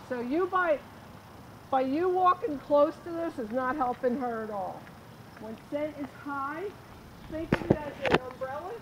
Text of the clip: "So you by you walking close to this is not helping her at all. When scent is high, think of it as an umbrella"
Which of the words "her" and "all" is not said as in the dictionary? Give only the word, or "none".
none